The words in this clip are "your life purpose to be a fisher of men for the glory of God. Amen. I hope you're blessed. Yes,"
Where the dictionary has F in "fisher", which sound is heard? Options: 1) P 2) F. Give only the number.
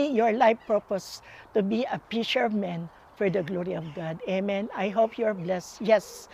1